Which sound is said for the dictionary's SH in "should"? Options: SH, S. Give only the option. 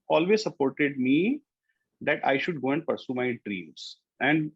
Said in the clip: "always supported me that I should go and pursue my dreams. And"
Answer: SH